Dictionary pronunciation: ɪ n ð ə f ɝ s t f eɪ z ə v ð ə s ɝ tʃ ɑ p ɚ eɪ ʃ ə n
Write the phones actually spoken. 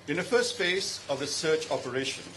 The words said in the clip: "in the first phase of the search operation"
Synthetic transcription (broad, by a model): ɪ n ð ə f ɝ s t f eɪ s ə v ð ə s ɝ tʃ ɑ p ɚ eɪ ʃ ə n